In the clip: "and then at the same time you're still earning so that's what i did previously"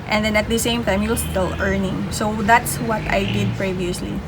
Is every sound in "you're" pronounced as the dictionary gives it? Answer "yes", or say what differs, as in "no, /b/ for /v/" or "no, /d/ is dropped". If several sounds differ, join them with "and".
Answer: no, /l/ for /ɹ/